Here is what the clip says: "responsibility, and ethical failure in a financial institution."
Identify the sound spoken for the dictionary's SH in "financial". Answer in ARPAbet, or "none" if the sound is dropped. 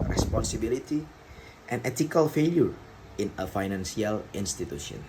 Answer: S